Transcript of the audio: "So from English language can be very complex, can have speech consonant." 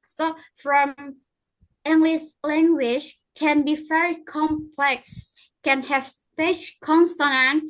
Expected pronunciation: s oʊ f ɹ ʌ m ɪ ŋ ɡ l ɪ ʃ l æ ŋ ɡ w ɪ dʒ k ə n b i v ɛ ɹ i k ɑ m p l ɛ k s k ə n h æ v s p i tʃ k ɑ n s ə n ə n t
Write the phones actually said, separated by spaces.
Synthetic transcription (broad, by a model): s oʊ f ɹ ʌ m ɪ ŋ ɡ l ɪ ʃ l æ ŋ ɡ w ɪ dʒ k ə n b i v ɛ ɹ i k ɑ m p l ɛ k s k ə n h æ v s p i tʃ k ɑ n s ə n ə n